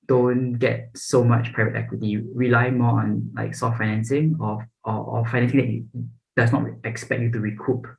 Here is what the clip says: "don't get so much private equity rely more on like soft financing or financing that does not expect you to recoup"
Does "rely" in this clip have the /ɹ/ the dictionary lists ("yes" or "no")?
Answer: yes